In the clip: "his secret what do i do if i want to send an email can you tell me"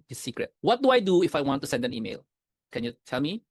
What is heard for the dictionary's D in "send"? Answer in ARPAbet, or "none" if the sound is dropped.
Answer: D